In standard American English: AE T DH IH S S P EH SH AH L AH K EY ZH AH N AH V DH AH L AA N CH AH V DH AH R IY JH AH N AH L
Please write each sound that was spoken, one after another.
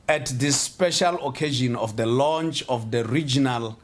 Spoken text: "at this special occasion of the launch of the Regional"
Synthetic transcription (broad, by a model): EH T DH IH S S P EH SH AH L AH K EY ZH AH N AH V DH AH L AA N CH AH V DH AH R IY JH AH N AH L